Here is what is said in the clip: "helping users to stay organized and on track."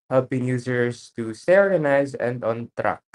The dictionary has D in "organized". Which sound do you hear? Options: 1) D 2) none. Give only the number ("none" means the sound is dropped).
2